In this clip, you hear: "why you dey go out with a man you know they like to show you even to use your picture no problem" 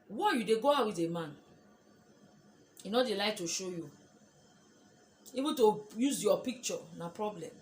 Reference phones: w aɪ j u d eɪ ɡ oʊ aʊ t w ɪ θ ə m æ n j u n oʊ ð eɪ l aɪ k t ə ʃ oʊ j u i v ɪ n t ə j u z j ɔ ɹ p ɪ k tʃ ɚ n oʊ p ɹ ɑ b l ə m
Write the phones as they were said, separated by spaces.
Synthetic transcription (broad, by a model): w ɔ j u d eɪ ɡ oʊ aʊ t w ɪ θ ə m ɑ n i n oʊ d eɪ l aɪ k t ə ʃ oʊ j u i b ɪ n t ə j u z j ɔ p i k tʃ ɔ n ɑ p ɹ ɑ b l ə m